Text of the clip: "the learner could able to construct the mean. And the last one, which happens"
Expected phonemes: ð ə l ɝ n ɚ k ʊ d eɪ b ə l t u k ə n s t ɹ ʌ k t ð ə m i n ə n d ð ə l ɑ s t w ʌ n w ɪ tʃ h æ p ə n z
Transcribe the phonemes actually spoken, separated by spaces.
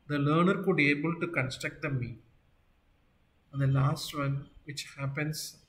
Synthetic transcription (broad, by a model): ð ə l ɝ n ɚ k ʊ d eɪ b ə l t u k ə n s t ɹ ʌ k t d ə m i ə n d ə l ɑ s t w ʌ n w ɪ tʃ h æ p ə n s